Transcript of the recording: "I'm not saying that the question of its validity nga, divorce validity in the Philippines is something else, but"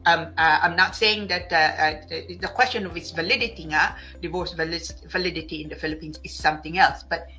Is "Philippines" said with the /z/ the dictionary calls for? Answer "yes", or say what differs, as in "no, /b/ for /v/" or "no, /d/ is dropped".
no, /s/ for /z/